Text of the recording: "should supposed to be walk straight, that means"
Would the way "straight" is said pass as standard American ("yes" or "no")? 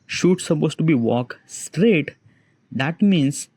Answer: yes